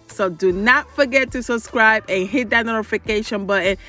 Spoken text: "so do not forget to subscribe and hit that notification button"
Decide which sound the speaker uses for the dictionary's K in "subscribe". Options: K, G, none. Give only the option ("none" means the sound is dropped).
K